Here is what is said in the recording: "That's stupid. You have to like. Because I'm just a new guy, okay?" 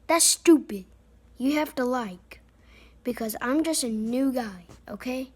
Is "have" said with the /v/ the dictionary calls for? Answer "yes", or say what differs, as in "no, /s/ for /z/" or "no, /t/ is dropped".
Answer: no, /f/ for /v/